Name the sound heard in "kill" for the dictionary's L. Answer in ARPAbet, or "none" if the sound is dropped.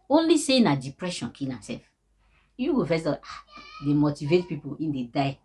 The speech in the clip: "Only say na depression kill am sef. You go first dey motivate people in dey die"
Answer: N